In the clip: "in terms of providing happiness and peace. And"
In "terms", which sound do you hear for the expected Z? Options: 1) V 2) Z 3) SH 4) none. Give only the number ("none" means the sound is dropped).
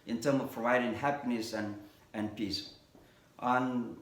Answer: 4